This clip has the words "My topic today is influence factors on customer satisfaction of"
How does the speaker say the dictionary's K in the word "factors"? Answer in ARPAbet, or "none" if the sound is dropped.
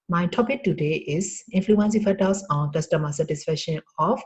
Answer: none